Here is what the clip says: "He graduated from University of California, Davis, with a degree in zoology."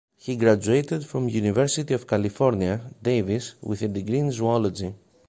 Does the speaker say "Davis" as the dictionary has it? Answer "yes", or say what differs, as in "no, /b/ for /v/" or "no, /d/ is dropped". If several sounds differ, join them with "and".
yes